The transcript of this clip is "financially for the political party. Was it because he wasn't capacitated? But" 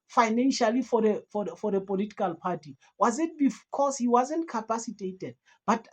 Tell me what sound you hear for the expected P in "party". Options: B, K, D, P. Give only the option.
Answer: P